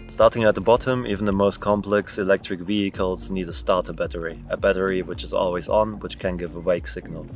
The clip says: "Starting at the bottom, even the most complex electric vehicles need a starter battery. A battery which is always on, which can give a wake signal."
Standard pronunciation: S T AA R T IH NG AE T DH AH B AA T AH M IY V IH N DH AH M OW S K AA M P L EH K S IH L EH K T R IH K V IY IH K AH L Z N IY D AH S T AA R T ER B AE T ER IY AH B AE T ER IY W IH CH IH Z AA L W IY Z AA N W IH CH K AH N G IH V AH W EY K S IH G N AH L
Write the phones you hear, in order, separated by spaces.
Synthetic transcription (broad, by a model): S T AA R T IH NG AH T DH AH B AA T AH M IY V N DH AH M OW S K AA M P L EH K S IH L EH K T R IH K V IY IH K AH L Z N IY D AH S T AA R T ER B AE T ER IY AH B AE T ER IY W IH CH IH Z AA L W IY Z N W IH CH K AH N G IH V AH W EY K S IH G N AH L